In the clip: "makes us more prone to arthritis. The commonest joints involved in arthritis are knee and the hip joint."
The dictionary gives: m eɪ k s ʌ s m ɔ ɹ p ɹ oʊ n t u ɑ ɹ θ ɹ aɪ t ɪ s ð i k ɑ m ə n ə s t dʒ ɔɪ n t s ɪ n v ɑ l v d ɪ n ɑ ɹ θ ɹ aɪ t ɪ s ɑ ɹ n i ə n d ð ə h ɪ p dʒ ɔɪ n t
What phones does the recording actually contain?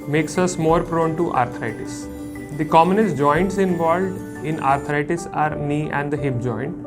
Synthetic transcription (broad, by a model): m eɪ k s ʌ s m ɔ ɹ p ɹ oʊ n t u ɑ ɹ t ɹ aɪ t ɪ s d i k ɑ m ə n ə s t dʒ ɔɪ n t s ɪ n v ɑ l v d ɪ n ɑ ɹ t ɹ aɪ t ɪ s ɑ ɹ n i ə n d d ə h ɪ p dʒ ɔɪ n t